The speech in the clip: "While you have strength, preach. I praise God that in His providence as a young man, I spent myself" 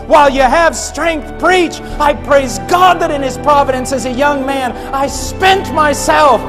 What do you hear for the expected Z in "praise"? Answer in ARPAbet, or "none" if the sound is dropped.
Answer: Z